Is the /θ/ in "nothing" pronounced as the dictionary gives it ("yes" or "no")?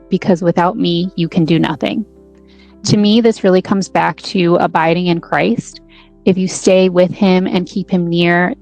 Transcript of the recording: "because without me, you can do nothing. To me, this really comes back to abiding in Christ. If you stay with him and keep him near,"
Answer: yes